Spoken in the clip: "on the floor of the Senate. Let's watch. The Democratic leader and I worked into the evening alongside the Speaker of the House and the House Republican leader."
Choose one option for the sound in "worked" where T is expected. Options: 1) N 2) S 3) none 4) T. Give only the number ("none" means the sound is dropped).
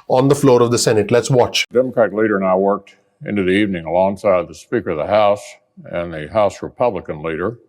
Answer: 4